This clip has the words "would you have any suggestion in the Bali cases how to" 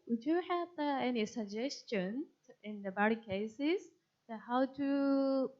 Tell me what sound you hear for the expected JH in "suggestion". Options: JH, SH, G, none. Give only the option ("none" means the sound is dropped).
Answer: JH